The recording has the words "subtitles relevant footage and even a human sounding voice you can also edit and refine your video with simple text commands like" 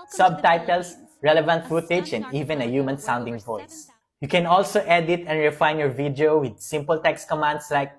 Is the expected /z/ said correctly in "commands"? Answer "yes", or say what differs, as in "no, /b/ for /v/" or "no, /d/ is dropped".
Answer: no, /s/ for /z/